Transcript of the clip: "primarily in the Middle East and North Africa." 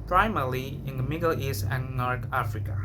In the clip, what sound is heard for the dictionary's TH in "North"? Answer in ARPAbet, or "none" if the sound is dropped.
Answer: T